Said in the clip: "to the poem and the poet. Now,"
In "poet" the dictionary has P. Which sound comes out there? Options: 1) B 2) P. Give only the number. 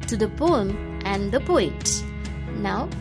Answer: 2